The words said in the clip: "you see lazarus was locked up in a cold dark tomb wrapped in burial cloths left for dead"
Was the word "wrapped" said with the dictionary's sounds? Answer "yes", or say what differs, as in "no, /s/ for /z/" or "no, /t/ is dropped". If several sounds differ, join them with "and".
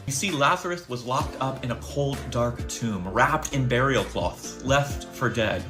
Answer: yes